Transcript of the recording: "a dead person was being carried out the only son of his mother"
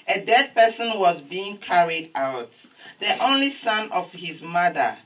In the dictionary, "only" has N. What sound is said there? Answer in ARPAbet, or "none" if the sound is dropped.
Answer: N